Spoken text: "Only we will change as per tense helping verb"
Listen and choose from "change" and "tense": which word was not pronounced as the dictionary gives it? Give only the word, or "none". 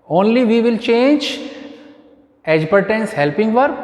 none